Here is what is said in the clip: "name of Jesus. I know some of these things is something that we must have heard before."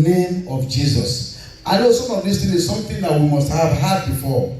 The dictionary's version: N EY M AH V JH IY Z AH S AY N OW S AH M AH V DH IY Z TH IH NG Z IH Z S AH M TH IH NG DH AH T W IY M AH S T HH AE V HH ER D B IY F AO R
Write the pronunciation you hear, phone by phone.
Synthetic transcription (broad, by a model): N EY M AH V JH IY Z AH S AY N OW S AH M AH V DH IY S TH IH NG IH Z S AH M TH IH NG DH AH T W IY M AH S T HH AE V HH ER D B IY F AO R